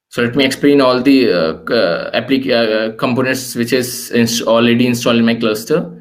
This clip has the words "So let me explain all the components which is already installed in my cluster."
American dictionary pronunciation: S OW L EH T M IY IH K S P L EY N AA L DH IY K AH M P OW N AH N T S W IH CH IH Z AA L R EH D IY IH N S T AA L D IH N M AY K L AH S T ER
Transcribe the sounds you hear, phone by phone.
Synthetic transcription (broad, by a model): S OW L EH T M IY IH K S P L EY N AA L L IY K AH M P OW N AH N T S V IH CH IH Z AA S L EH D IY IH N S T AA L IH N M AY K L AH S T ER